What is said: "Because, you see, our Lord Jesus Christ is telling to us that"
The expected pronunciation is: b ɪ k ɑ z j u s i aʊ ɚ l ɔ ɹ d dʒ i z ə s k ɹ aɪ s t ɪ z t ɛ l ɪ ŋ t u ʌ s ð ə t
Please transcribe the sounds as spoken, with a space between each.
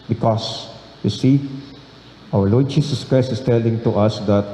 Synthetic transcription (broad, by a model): b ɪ k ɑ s j u s i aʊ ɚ l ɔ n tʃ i s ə s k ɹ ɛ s ɪ s t ɛ l ɪ ŋ t u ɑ s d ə t